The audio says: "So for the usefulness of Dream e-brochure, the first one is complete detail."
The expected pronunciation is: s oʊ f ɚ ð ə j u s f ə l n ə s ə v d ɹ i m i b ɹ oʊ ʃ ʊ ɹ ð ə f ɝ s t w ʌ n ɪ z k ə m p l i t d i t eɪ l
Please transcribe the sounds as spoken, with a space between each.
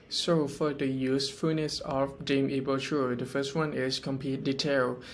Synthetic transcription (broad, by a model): s oʊ f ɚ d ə j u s f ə n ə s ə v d i m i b oʊ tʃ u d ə f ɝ s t w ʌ n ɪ s k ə m p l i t d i t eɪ l